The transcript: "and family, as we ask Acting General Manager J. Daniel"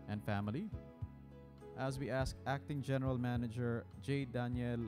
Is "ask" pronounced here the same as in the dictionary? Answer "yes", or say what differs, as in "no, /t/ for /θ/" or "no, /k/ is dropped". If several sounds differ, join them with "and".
yes